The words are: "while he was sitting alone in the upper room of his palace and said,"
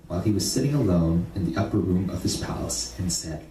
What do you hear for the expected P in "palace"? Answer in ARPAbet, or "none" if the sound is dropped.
P